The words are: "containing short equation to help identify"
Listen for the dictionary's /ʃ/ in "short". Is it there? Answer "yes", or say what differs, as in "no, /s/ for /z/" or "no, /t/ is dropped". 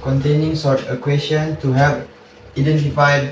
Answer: no, /s/ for /ʃ/